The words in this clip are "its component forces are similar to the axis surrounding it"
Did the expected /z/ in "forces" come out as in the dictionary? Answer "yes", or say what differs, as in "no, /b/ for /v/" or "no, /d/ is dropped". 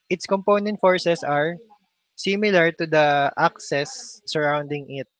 no, /s/ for /z/